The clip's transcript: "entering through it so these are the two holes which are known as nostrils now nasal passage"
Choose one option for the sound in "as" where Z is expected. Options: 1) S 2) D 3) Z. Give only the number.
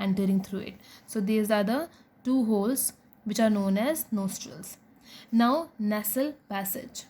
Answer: 3